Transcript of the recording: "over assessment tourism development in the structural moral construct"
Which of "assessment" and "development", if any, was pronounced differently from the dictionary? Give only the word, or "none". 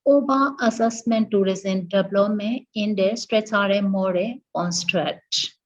development